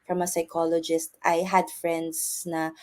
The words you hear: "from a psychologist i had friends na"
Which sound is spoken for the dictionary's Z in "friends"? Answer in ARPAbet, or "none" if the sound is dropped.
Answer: S